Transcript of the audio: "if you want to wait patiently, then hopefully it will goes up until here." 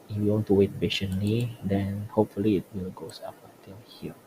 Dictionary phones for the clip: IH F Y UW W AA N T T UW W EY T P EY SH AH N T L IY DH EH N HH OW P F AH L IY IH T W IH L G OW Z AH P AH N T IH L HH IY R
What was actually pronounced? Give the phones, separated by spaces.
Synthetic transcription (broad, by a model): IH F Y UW W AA N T T UW W EY T B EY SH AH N L IY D EH N HH OW P F AH L IY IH T W IH L G OW S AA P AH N T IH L HH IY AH